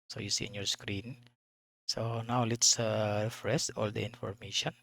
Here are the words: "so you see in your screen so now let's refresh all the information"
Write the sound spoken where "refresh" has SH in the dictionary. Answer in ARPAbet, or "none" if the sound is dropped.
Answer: S